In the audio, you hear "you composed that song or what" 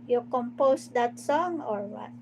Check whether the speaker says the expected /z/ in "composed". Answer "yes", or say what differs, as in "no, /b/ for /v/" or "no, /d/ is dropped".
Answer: no, /s/ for /z/